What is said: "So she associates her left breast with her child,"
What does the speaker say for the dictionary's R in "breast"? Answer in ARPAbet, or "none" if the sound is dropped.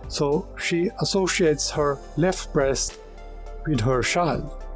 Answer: R